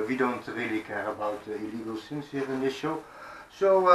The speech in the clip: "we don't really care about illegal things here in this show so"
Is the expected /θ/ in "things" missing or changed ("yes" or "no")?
yes